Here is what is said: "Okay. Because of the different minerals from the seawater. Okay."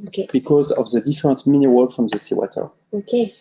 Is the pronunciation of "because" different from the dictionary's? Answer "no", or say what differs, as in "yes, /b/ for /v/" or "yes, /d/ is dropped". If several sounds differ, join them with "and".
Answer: no